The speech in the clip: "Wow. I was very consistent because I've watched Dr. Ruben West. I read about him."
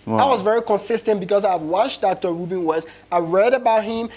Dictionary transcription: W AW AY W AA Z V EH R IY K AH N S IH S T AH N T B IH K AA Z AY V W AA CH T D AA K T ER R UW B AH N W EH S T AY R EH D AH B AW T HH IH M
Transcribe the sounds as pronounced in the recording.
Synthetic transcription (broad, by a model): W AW AY W AA Z V EH R IY K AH N S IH S T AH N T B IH K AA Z AY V W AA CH D AA K T ER R UW B AH N W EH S AY R EH D AH B AW T HH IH M